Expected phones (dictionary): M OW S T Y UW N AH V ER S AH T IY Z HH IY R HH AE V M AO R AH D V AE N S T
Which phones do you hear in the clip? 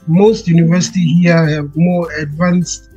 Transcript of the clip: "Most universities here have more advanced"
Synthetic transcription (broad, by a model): M OW S T Y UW N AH V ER S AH T IY HH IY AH HH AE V M AO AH D V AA N S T